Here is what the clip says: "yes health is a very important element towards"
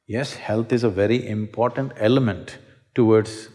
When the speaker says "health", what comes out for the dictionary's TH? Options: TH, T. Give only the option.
T